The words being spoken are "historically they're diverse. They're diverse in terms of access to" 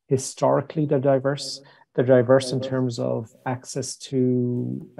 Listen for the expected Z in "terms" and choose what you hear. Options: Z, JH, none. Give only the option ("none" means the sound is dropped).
Z